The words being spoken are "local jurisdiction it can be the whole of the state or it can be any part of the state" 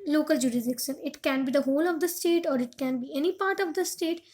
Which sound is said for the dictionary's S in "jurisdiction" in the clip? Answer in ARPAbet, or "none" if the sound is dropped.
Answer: none